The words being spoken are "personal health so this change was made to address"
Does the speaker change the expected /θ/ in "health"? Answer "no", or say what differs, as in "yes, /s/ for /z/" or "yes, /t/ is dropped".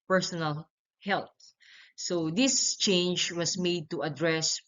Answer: yes, /t/ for /θ/